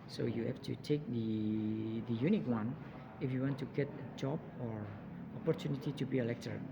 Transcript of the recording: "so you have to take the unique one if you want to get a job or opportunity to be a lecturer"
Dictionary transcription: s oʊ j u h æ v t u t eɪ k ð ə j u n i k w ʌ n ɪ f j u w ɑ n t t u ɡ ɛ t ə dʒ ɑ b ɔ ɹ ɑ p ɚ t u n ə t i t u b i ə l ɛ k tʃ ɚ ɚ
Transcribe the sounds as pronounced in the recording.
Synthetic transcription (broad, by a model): s oʊ j u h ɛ f t u t eɪ k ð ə j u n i k w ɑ n ɪ f j u w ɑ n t t u ɡ ɛ t ə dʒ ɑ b ɔ ɹ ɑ p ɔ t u n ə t i t u b i ə l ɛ k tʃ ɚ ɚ